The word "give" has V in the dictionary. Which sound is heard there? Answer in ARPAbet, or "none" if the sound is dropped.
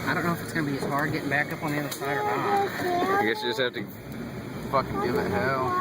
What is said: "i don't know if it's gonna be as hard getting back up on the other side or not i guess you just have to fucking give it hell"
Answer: none